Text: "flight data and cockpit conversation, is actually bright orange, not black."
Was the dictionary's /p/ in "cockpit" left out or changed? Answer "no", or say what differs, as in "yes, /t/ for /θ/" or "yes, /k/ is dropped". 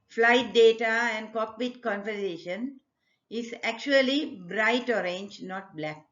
yes, /b/ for /p/